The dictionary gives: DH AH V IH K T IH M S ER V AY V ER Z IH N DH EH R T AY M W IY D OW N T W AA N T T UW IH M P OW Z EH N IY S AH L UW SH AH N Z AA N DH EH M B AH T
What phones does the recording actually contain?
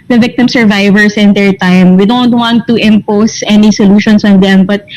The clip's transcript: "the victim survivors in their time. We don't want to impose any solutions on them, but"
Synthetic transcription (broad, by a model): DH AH V IH K T IH M S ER V AY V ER S IH N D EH R T AY M W IY D OW N T W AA N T T UW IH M P OW S EH N IY S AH L UW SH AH N S AA N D EH M B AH T